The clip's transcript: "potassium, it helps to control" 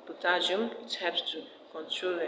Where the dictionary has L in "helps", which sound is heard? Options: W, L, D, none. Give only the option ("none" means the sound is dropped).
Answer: none